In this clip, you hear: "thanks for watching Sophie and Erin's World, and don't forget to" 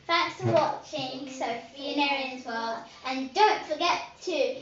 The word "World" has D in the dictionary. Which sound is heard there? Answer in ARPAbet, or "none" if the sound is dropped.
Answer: none